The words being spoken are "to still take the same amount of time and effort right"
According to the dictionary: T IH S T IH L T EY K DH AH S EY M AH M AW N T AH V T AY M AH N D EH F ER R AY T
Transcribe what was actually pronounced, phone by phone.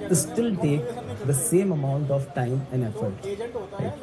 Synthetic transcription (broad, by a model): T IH S T IH L T EY K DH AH S EY M AH M AW N T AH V T AY M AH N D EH F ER R T